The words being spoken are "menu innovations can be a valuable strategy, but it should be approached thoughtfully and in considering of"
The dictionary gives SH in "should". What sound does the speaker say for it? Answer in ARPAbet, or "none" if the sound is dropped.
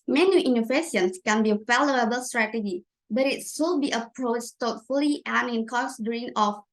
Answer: S